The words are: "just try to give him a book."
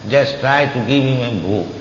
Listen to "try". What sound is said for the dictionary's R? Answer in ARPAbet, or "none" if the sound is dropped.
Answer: R